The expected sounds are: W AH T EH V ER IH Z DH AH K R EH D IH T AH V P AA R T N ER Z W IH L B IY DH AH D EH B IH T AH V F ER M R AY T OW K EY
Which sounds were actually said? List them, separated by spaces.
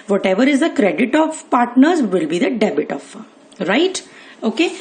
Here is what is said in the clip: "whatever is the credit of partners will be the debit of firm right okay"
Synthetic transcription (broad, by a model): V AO T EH V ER IH Z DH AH K R EH D IH T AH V P AA R T N ER Z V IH L B IY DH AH D EH B IH T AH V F R AY T OW K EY